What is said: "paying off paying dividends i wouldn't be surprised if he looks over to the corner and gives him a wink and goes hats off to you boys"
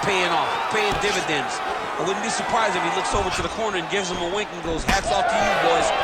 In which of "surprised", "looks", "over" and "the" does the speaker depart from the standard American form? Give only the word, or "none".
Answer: surprised